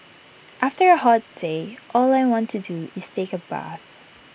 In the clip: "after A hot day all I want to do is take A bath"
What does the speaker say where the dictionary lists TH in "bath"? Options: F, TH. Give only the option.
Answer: TH